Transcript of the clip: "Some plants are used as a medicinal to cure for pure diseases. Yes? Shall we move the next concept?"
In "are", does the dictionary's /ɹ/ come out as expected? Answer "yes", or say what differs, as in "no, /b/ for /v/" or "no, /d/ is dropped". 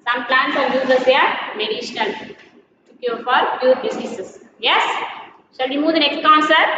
no, /l/ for /ɹ/